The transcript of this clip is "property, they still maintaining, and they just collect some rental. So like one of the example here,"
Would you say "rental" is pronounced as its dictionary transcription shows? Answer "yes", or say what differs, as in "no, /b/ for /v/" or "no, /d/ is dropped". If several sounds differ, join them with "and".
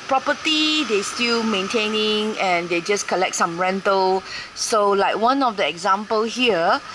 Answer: yes